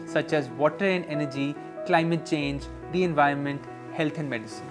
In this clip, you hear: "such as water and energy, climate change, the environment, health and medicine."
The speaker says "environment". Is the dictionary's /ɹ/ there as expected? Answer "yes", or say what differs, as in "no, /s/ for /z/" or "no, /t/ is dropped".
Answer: yes